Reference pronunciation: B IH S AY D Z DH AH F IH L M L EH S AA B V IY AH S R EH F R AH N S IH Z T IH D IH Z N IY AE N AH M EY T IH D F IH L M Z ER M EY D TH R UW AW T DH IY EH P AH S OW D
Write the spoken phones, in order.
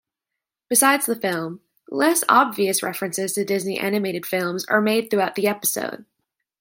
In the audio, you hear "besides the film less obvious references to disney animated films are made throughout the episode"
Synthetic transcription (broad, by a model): B IH S AY D Z DH AH F IH L M L EH S AA B V IY AH S R EH F R AH N S IH Z T IH D IH Z N IY AE N AH M EY T IH D F IH L M Z ER M EY D TH R UW AW T DH IY EH P AH S OW D